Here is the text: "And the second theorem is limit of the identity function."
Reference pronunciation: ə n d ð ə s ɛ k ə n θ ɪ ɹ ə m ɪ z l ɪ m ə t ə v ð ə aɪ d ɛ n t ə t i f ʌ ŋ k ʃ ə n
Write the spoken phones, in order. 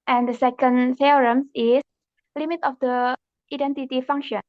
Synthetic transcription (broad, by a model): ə n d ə s ɛ k ə n f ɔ ɹ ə m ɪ s l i m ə t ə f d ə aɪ d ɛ n t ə t i f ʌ ŋ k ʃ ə n